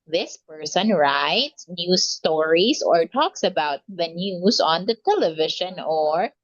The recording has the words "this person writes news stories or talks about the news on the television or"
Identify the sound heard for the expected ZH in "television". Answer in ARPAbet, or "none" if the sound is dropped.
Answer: SH